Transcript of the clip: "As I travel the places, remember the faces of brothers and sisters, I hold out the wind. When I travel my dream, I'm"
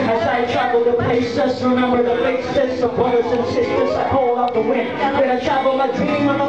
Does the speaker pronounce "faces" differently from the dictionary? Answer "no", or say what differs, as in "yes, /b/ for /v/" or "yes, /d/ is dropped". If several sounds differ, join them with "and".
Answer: yes, /s/ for /z/